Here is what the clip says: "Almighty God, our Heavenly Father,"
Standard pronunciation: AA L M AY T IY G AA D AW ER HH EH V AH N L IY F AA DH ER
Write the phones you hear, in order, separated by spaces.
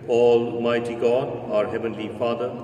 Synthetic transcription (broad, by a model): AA L M AY T IY G AA D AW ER HH EH V AH N L IY F AA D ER